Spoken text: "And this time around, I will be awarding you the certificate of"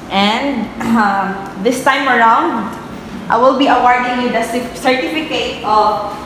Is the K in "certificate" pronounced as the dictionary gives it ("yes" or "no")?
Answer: yes